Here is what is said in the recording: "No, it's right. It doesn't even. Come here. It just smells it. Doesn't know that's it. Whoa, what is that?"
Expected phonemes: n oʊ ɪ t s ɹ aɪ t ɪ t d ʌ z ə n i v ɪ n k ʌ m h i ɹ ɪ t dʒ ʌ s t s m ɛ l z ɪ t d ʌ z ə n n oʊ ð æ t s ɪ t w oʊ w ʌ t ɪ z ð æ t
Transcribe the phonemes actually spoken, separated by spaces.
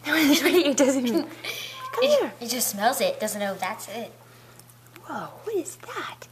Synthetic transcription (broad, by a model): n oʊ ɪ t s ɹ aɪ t ɪ t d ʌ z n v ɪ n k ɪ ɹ ɪ t dʒ ʌ s t s m ɛ l z ɪ t d ʌ z ə n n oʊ ð æ t s ɪ t w oʊ w ʌ t ɪ z ð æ t